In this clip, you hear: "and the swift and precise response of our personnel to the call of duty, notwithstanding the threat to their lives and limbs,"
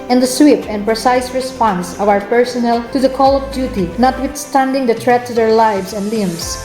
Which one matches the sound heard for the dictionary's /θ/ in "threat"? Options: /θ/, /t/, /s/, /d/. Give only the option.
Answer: /t/